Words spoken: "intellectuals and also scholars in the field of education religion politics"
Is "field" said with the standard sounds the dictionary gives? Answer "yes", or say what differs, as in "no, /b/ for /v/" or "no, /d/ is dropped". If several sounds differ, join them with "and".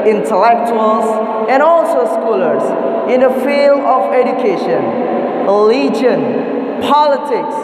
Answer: yes